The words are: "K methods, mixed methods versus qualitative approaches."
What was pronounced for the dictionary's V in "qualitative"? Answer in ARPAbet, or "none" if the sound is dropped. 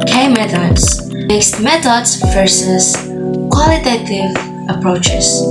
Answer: V